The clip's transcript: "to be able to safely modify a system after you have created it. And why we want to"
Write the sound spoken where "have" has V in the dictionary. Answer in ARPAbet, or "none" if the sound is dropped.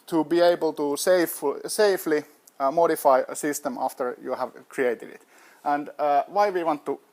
V